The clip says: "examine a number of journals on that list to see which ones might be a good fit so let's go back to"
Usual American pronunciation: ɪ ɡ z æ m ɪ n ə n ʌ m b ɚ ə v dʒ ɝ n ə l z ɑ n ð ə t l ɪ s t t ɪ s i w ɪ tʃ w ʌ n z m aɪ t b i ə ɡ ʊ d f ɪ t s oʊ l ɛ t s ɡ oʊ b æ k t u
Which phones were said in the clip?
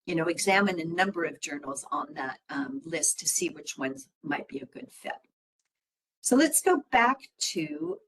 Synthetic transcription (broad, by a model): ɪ ɡ z æ m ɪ n ə n ʌ m b ɚ ə v dʒ ɝ n l z n ð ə t l ɪ s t t ɪ s i w ɪ tʃ w ʌ n z m aɪ t b i ə ɡ ʊ d f ɪ t s oʊ l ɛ t s ɡ oʊ b æ k t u